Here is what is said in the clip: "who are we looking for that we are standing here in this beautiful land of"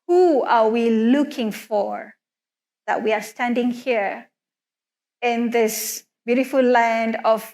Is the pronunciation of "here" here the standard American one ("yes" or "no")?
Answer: yes